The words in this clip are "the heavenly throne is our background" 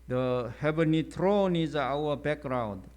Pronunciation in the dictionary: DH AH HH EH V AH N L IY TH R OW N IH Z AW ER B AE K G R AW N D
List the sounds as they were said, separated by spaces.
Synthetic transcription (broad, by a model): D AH HH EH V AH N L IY T R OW N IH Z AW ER B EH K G R AW N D